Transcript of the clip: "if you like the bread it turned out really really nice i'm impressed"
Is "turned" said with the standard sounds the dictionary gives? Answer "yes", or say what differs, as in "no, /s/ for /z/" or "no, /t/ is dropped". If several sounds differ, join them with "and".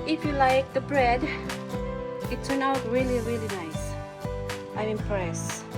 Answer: no, /d/ is dropped